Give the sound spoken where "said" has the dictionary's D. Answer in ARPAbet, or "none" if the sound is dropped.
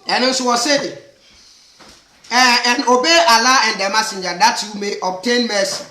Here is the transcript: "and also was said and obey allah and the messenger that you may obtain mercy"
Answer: none